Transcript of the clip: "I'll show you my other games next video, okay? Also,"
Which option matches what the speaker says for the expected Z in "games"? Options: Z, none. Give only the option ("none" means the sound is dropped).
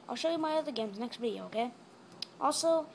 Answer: Z